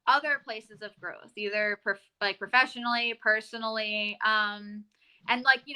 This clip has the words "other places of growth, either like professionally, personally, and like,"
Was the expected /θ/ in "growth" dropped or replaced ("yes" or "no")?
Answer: no